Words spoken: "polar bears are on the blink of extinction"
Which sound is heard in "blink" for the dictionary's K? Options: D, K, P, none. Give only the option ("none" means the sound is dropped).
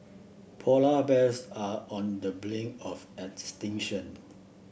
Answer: none